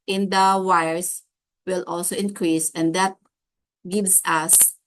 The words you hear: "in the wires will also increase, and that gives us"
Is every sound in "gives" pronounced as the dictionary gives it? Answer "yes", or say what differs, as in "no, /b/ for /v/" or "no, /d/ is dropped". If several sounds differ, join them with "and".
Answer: no, /s/ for /z/